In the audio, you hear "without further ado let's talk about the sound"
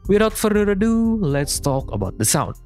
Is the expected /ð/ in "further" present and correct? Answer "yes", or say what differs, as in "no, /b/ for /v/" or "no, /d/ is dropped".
no, /ð/ is dropped